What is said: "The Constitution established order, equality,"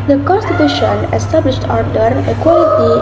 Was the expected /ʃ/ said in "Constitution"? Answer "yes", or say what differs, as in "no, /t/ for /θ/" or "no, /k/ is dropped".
yes